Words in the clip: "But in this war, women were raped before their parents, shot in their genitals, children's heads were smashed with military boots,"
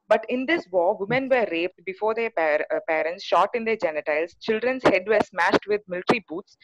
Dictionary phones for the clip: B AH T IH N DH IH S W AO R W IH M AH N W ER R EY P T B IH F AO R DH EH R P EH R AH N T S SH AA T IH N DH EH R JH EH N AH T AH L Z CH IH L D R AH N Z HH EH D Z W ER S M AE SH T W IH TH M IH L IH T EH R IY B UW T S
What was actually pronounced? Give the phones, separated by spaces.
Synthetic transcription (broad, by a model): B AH T IH N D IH S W AO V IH M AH N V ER R EY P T B IH F AO R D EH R P EH R AH N T S SH AA T IH N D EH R JH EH N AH T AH L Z CH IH L D R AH N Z HH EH D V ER S M AE SH T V IH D M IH L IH T R IY B UW T S